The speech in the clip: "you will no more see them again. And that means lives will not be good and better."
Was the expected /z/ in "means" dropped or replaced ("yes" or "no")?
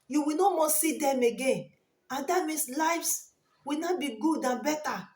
yes